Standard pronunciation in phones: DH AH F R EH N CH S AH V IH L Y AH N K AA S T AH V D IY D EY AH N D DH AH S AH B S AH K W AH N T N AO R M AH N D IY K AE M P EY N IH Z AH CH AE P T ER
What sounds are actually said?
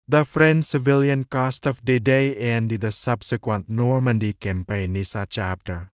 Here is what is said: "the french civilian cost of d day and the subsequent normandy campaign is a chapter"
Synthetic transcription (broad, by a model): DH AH F R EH N S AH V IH L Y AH N K AA S T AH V D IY D EY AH N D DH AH S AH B S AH K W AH N T N AO R M AH N D IY K AE M P EY N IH S AH CH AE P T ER